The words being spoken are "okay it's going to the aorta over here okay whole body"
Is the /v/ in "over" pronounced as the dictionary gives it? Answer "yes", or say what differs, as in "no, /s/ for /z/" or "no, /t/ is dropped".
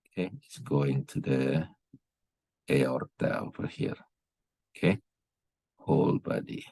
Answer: no, /f/ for /v/